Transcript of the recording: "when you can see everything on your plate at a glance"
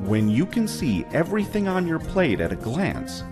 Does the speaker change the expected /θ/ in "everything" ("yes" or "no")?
no